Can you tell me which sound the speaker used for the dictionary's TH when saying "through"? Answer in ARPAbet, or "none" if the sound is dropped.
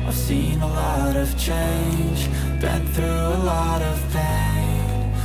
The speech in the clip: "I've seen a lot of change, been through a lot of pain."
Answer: TH